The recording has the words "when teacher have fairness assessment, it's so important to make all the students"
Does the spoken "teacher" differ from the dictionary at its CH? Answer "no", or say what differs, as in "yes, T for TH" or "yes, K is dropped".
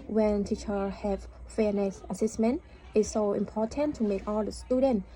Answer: no